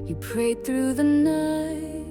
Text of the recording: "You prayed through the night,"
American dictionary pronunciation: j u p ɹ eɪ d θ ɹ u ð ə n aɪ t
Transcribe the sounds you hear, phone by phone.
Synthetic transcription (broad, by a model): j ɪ p ɹ eɪ d θ ɹ u ð ə n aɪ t